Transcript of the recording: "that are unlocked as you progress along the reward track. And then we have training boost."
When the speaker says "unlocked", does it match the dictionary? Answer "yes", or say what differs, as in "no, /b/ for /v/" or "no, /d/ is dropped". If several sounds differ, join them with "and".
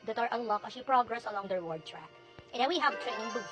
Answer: no, /t/ is dropped